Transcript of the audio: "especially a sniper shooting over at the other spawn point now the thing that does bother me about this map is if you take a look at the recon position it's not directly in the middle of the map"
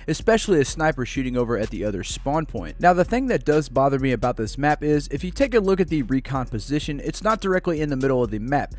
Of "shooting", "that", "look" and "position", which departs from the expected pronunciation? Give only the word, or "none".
none